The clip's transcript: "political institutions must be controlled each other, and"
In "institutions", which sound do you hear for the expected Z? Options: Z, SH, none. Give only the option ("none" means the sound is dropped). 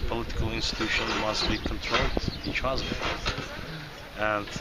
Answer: none